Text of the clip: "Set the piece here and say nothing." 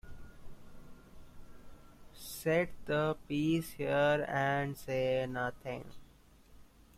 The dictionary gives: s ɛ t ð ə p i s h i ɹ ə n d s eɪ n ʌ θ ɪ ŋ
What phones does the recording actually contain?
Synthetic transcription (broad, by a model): s ɛ t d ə p i s h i ɹ ə n d s eɪ n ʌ t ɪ ŋ